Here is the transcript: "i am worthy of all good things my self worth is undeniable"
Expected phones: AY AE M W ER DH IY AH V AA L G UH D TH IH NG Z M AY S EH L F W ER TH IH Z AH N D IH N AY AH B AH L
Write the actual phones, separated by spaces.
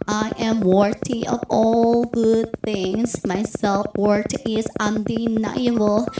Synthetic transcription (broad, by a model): AY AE M W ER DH IY AH V AA L G UH D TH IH NG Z M AY S EH L F W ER T IH Z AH N D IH N AY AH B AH L